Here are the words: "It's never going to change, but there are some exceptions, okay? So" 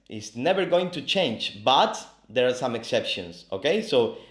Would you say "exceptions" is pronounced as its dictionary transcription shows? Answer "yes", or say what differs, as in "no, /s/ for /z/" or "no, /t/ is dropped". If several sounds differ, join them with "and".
no, /s/ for /z/